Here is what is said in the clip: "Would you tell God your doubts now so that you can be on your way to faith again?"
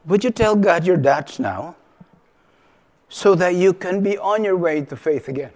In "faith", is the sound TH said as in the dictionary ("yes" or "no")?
yes